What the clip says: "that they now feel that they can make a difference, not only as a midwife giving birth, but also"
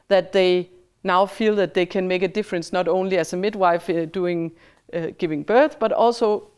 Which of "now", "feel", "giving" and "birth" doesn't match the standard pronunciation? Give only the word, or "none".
none